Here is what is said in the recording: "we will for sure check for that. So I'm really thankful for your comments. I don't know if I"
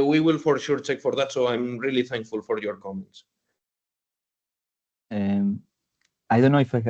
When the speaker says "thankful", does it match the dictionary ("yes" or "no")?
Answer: yes